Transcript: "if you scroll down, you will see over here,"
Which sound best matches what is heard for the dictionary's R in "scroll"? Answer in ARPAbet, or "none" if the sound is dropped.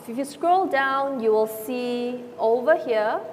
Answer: R